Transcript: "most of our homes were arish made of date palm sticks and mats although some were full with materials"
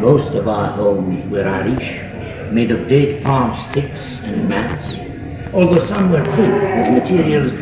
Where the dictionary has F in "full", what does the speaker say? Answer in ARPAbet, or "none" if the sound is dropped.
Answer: P